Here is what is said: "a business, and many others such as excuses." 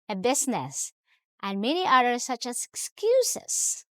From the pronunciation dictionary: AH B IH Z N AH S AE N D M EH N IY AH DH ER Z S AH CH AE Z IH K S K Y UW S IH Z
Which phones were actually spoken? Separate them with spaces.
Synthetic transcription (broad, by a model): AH B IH S N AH S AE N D M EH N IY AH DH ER S AH CH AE S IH K S K Y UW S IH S